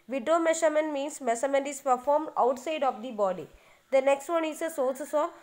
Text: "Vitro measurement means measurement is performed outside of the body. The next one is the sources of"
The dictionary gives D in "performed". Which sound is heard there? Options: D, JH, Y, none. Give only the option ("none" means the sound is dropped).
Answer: D